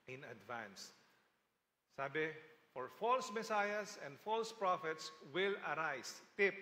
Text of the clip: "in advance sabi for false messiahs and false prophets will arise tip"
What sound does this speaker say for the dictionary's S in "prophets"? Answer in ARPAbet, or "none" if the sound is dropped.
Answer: S